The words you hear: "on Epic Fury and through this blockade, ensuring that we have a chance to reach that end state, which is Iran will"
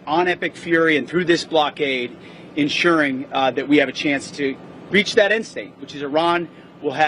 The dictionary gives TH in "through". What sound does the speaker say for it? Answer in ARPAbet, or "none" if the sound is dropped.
TH